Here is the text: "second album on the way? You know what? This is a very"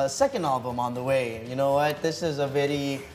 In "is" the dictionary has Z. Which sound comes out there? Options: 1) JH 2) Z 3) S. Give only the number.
2